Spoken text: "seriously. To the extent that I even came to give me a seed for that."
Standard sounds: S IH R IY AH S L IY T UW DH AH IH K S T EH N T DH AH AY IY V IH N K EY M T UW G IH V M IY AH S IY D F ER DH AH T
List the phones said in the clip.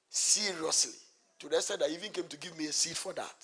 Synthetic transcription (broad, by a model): S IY R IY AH S L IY T UW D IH S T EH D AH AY IY V IH N K EY M T UW G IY V M IY AH S IY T F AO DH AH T